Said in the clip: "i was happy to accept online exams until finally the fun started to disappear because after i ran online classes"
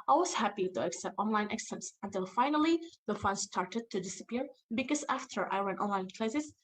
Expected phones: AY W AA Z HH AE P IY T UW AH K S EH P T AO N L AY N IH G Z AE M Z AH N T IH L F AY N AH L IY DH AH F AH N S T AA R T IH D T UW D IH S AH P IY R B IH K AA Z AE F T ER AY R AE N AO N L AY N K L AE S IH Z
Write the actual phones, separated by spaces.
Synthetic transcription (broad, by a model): AY W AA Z HH AE P IY T UW AH K S EH P T AO N L AY N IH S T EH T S AH N T IH L F AY N AH L IY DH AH F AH N S T AA R T IH D T UW D IH S AH P IY R B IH K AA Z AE F T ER AY R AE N AO N L AY N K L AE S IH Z